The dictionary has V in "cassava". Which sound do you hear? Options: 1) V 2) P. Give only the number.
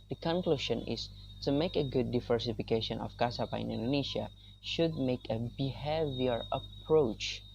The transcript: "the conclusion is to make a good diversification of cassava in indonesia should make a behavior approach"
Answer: 2